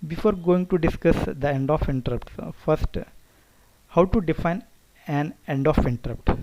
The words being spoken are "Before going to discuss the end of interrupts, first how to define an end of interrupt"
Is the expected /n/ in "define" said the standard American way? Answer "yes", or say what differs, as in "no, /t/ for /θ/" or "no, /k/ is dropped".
yes